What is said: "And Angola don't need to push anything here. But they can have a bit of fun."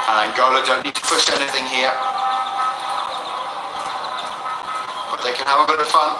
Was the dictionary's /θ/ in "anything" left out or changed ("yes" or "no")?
no